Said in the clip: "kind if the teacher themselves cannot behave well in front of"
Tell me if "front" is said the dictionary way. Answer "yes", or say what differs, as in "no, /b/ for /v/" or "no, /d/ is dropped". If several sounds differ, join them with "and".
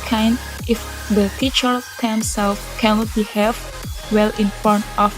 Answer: no, /ɹ/ is dropped